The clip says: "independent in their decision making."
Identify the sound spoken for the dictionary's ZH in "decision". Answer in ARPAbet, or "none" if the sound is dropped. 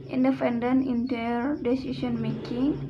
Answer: S